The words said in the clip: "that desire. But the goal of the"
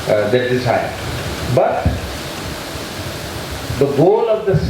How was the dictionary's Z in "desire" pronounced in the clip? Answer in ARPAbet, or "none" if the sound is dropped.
S